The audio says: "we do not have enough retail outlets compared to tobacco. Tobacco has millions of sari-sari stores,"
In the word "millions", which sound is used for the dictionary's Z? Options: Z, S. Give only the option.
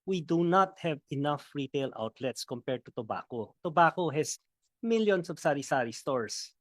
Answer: S